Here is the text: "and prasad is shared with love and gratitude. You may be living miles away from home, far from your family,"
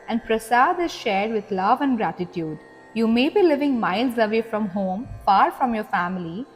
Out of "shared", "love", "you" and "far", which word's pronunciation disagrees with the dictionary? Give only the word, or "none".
none